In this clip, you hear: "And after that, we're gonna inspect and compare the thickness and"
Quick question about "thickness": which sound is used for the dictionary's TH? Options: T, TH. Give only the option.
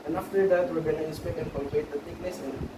T